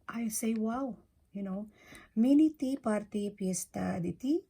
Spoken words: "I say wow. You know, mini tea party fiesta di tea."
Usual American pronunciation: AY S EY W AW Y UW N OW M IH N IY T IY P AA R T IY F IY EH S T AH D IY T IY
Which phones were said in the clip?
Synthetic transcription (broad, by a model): AY S EY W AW Y UW N OW M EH N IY T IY P AA R T IY P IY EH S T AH D IY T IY